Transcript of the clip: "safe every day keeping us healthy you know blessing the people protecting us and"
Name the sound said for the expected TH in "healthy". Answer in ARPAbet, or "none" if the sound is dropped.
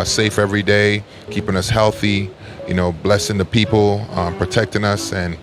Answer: TH